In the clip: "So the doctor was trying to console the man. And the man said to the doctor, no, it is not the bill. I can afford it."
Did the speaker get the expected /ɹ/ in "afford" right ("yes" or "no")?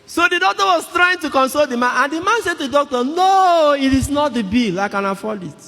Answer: no